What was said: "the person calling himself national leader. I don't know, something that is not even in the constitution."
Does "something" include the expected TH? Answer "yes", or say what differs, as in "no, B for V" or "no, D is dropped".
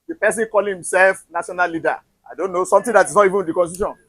no, T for TH